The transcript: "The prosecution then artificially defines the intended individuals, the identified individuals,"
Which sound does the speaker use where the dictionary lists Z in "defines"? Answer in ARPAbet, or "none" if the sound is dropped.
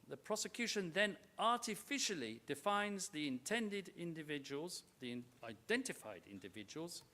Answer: Z